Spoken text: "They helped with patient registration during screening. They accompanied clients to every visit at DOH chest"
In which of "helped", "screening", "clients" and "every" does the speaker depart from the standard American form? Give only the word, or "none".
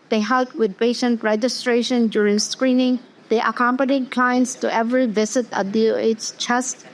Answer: helped